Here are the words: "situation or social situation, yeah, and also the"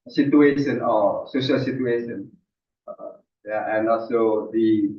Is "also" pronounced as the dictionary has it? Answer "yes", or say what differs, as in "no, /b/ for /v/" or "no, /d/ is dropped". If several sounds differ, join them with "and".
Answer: no, /l/ is dropped